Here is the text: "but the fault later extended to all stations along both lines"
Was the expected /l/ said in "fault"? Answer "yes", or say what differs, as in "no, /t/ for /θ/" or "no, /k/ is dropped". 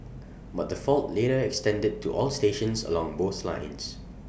yes